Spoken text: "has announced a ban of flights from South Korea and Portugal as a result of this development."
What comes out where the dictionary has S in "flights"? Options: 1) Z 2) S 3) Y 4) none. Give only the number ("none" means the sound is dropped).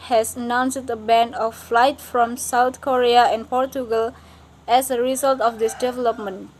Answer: 4